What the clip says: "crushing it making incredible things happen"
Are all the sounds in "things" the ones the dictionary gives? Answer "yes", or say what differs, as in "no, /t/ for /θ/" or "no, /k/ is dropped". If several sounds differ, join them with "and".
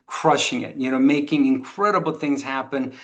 yes